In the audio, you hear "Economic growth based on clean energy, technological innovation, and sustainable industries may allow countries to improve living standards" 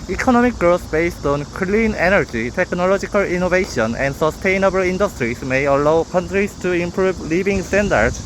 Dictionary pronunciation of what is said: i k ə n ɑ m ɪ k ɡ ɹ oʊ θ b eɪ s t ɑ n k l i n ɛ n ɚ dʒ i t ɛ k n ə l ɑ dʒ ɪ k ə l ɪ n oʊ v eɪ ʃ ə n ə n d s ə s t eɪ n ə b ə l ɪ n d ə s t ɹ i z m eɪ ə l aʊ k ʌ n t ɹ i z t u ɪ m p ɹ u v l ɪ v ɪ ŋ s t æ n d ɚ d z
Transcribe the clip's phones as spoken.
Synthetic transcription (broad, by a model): i k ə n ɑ m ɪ k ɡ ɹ oʊ s b eɪ s t ɑ n k l i n ɛ n ɚ dʒ i t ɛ k n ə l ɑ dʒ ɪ k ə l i n oʊ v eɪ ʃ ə n ə n d s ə s t eɪ n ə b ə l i n d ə s t ɹ i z m eɪ ə l aʊ k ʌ n t ɹ i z t u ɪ m p ɹ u b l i b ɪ ŋ s t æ n d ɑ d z